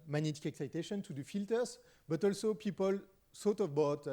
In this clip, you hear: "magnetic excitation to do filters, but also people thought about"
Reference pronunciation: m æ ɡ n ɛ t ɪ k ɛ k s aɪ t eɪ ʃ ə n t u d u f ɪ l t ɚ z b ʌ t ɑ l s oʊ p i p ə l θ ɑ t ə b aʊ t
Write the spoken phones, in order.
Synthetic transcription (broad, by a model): m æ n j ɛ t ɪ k ɛ k s aɪ t eɪ ʃ ə n t u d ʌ f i l t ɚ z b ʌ t ɑ l s oʊ p i p ə l s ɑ t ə b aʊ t